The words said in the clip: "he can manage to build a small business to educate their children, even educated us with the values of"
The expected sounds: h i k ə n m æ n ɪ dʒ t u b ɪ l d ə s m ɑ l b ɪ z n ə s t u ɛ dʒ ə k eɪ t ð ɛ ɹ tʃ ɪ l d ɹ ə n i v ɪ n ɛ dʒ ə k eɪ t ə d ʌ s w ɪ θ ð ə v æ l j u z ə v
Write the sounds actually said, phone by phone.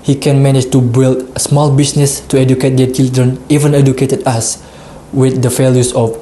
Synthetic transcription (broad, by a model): h i k ə n m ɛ n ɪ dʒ t u b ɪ l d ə s m ɑ l b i s n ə s t u ɛ dʒ ə k eɪ t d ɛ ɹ tʃ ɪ l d ɹ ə n i v ɪ n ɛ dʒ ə k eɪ t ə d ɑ s w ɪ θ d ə f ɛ l j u s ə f